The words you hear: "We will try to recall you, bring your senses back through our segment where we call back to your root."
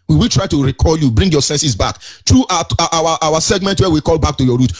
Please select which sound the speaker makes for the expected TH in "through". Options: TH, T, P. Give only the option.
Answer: T